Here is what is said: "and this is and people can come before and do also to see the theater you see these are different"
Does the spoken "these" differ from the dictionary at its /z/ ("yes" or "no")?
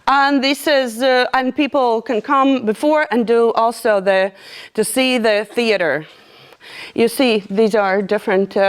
no